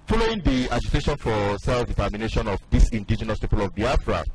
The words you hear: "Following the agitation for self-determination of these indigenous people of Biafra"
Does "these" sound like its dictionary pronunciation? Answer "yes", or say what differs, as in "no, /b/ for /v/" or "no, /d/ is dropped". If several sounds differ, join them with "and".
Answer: no, /s/ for /z/